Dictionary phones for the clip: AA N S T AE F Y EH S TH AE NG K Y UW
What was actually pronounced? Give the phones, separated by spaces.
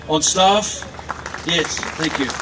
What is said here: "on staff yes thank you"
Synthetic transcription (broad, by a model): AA N S T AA F Y EH S TH AE NG K Y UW